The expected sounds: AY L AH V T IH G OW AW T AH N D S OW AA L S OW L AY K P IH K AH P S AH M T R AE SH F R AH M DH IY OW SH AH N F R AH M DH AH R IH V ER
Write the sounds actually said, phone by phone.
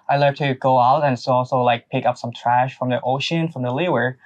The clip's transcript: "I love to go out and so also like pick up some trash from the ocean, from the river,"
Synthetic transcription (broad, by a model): AY L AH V T IH G OW AW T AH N S OW AA L S OW L AY K P IH K AH P S AH M T R AE SH F R AH M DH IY OW SH AH N F R AH M DH AH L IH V ER